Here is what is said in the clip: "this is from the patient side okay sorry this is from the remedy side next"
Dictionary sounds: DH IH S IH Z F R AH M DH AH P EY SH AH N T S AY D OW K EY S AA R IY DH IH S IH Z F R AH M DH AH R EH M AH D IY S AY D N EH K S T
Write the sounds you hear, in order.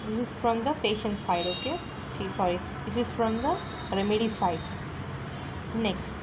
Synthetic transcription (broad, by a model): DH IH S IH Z F R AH M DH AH P EY SH AH N T S AY D OW K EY S AA R IY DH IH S IH Z F R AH M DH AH R EH M AH D IY S AY D N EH K S T